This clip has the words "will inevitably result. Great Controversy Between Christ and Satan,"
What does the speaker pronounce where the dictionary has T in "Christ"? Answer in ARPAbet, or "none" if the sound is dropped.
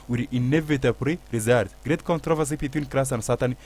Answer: none